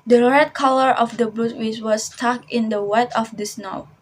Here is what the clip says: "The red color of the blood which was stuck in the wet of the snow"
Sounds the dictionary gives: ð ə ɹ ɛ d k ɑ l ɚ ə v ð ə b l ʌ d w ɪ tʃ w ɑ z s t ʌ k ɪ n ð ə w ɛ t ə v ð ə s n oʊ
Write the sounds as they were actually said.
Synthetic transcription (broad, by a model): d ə ɹ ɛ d k ɑ l ɚ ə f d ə b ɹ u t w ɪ s w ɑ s t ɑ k ɪ n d ə w ɛ t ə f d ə s n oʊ